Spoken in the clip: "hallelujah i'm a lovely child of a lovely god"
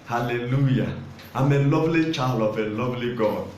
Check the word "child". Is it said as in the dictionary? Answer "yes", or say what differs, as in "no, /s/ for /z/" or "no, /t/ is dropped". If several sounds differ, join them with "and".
no, /d/ is dropped